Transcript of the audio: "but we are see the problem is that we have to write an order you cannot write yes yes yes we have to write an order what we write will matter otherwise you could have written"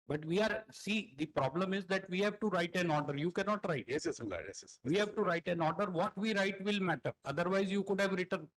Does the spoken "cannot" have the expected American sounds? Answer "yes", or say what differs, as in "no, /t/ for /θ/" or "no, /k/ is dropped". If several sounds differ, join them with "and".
yes